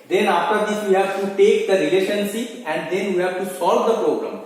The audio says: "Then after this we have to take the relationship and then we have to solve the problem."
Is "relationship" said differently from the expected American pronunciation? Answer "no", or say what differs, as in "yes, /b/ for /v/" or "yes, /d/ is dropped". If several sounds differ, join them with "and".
yes, /s/ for /ʃ/ and /p/ is dropped